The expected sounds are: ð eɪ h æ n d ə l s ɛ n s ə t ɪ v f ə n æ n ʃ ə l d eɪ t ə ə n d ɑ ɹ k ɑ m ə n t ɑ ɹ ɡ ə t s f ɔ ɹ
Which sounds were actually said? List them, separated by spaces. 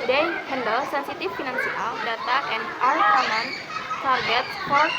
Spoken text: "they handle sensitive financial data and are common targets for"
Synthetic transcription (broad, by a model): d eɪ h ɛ n d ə l s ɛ n s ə t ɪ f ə n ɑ n s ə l d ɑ t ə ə n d ɑ ɹ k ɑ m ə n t ɑ ɹ ɡ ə t f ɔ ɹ